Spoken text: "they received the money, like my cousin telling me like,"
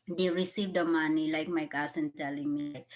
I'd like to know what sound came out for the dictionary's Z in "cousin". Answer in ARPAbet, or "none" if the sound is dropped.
S